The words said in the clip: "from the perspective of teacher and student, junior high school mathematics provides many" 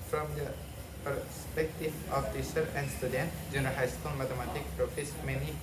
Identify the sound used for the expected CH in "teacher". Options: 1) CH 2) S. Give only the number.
2